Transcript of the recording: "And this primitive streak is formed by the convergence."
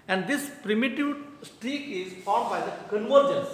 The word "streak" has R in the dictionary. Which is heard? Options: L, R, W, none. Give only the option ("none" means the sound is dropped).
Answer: none